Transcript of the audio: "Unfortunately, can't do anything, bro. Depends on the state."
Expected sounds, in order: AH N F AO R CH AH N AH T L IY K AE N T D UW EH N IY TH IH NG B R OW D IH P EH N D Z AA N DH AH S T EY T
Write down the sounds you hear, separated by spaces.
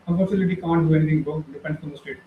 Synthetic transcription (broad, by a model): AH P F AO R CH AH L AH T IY K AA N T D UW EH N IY T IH NG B OW D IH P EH N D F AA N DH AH S T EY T